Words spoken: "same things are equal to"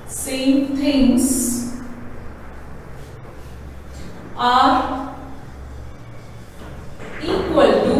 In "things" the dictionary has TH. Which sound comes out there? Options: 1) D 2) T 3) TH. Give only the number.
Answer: 2